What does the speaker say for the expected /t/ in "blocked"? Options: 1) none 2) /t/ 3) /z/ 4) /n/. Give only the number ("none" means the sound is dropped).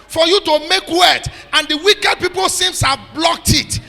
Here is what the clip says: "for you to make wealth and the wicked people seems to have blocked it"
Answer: 2